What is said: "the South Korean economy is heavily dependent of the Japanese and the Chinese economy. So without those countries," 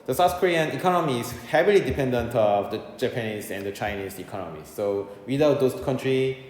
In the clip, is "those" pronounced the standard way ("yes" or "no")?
no